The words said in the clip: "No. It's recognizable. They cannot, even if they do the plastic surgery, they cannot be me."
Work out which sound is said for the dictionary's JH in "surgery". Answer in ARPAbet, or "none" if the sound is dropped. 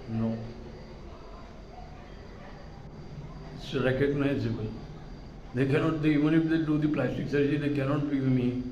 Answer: none